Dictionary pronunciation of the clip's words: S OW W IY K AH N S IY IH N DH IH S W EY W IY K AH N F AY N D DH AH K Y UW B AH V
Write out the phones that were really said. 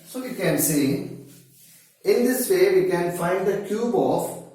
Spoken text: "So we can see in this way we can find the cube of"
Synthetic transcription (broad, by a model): S OW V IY K AH N S IY IH N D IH S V EY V IY K AH N F AY N D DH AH K Y UW B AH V